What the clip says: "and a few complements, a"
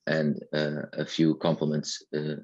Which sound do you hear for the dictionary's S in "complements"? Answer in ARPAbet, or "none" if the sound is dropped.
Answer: S